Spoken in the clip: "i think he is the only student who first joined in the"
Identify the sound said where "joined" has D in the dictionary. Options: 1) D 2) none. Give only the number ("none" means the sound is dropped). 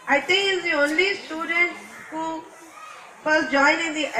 2